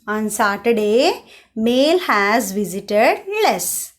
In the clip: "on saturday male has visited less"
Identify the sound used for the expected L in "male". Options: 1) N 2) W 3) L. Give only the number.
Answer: 3